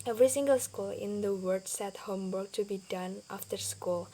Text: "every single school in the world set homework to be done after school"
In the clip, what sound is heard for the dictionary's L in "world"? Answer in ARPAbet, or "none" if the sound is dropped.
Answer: none